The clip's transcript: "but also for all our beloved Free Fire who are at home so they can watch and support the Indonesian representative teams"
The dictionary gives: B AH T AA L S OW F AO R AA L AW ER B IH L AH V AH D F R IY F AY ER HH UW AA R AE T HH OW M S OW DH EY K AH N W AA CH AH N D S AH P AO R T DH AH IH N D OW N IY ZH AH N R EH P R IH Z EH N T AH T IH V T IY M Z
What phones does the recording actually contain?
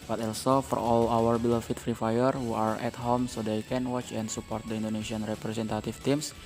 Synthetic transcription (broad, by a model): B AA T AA L S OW F AO R AA L AW ER B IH L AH F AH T F R IY F AY ER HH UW AA R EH T HH OW M S OW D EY K AH N W AA CH AH N D S AH P AO R T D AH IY N D OW N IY S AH N R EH P R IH S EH N T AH T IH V T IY M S